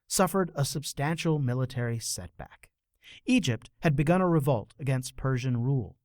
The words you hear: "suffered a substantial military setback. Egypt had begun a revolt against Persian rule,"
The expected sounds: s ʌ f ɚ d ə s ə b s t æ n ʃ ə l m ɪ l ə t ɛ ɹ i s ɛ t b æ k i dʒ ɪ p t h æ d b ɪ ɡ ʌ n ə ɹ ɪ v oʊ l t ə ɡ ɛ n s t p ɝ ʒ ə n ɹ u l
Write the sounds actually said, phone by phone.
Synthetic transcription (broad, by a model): s ʌ f ɚ d ə s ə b s t æ n ʃ l m ɪ l ə t ɛ ɹ i s ɛ t b æ k i dʒ ɪ p t h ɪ d b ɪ ɡ ʌ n ə ɹ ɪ v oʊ l t ə ɡ ɛ n s t p ɝ ʒ ə n ɹ u l